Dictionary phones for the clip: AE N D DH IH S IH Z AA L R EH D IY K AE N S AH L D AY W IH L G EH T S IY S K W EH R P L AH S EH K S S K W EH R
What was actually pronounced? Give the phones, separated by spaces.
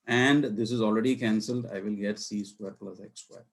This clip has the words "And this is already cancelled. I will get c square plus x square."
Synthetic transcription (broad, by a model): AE N D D IH S IH Z AA L R EH D IY K AE N S AH L D AY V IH L G EH T S IY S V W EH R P L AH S EH K S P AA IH